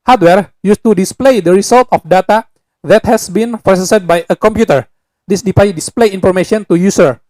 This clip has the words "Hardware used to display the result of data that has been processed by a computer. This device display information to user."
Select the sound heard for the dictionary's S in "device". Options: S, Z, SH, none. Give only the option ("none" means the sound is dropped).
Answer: none